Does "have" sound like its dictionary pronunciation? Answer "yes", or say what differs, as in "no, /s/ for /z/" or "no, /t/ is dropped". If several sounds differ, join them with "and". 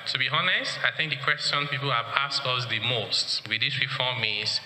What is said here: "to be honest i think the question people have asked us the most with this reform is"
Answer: no, /p/ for /v/